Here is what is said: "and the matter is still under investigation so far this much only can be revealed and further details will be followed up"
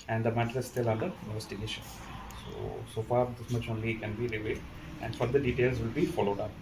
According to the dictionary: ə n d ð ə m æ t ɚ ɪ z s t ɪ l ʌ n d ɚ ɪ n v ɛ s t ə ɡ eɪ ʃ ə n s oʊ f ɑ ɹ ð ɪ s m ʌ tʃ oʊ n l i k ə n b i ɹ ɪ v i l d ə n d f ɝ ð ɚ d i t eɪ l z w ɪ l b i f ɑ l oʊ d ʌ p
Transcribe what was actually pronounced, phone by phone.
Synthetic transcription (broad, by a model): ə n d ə m æ t ɚ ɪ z s t ɪ l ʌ n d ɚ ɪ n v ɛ s t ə ɡ eɪ ʃ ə n s oʊ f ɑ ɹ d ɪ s m ʌ tʃ oʊ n l i k ə n b i ɹ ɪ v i d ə n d f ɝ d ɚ d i t eɪ l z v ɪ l b i f ɑ l oʊ d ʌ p